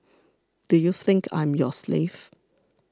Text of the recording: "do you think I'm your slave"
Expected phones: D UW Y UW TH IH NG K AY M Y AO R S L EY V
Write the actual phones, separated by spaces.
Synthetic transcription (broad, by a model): D UW Y UW TH IH NG K AY M Y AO S L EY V